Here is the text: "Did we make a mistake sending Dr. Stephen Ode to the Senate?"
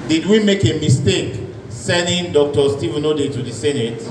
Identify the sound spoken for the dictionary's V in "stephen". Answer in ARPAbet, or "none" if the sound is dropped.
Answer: V